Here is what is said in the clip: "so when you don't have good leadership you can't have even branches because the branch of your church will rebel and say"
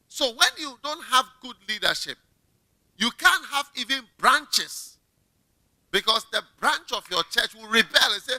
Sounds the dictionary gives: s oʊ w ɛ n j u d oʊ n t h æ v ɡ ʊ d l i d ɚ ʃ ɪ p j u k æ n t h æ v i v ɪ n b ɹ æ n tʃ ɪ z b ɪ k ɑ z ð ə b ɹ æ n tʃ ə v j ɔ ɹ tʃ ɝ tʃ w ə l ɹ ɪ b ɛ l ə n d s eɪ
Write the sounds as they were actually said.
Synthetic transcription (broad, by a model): s oʊ w ɛ n j u d oʊ n t h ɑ v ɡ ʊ d l i d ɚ ʃ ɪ p j u k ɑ n t h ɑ v i v ɪ n b ɹ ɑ n tʃ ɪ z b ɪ k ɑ s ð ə b ɹ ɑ n tʃ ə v j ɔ tʃ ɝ tʃ w ə l ɹ ɪ b ɛ l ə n s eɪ